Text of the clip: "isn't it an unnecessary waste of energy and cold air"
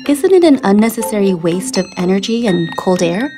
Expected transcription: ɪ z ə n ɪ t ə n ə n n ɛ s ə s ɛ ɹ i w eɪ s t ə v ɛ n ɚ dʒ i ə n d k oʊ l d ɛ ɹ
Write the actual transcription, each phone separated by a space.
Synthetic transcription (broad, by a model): ɪ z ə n ɪ t ə n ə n n ɛ s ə s ɛ ɹ i w eɪ s t ə v ɛ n ɚ dʒ i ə n k oʊ l d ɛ ɹ